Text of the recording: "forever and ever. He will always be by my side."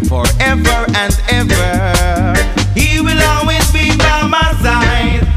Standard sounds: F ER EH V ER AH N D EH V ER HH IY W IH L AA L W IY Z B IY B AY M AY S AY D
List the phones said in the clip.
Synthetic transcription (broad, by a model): F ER EH V ER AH N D EH V ER HH IY W IH L AA L W IY Z B IY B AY M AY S AY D